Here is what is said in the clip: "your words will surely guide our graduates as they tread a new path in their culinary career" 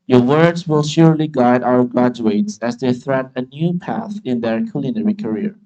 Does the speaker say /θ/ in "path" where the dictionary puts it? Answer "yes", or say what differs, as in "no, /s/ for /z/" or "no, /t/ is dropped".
yes